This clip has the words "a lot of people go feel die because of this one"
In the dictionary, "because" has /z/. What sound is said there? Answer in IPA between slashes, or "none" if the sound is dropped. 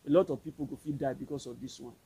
/s/